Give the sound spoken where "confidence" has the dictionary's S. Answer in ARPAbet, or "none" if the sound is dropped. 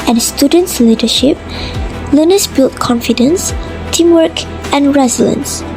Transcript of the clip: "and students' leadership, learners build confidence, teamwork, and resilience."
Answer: S